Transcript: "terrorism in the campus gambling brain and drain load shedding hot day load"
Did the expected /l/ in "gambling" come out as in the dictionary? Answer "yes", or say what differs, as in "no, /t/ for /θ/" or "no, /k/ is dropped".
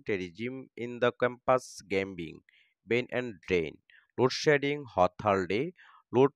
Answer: no, /l/ is dropped